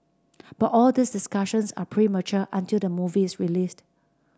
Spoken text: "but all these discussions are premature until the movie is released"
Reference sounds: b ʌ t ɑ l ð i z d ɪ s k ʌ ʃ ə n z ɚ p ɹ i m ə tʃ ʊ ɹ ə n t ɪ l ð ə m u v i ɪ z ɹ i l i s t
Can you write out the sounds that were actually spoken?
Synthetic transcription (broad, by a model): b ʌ t ɑ l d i s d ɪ s k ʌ ʃ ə n s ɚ p ɹ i m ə tʃ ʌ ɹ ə n t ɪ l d ə m u v i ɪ s ɹ i l i s t